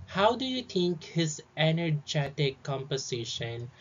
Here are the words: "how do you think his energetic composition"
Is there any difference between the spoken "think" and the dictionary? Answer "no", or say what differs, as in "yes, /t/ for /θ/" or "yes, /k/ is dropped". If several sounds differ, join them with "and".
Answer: yes, /t/ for /θ/